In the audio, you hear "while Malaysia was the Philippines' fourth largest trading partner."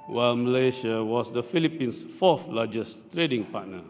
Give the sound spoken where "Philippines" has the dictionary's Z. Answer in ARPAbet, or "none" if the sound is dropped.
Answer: S